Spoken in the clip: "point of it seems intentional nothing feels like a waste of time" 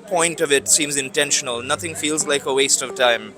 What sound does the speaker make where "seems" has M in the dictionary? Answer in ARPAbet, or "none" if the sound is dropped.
M